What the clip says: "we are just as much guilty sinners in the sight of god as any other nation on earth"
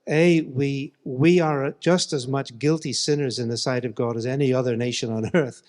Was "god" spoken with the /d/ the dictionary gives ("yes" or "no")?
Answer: yes